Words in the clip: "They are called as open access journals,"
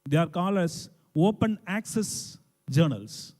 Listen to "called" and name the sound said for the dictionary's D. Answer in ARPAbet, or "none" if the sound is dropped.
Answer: none